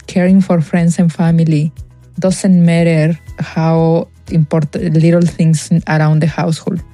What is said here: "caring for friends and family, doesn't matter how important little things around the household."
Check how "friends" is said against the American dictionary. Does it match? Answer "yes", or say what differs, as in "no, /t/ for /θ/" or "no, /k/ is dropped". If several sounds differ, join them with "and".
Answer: no, /s/ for /z/